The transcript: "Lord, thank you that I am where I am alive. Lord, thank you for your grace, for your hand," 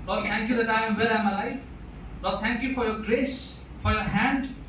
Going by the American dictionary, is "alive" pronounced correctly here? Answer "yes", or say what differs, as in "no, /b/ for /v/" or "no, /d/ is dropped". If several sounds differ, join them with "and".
no, /f/ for /v/